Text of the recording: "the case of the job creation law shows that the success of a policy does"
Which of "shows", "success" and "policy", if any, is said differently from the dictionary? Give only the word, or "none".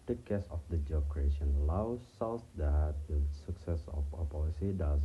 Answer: shows